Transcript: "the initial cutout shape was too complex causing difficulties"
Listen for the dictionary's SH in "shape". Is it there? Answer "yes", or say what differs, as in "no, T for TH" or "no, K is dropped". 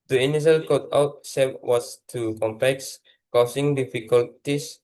no, S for SH